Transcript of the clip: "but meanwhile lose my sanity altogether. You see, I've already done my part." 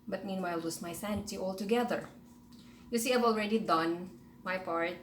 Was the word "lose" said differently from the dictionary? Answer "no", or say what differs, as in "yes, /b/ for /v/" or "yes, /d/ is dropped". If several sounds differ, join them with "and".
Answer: yes, /w/ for /l/ and /s/ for /z/